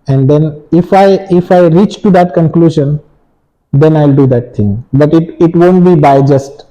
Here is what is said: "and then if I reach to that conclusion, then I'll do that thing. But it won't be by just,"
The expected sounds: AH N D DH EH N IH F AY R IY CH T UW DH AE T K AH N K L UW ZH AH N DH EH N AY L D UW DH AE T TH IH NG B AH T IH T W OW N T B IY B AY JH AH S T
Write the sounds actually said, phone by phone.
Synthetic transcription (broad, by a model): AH N D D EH N IH F AY R IY CH T UW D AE T K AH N K L UW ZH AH N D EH N AY L D UW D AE T T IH NG B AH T IH T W OW N T B IY B AY JH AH S T